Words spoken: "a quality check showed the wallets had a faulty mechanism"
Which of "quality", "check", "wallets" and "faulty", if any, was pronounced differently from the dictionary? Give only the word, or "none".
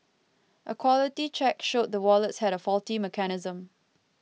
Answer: none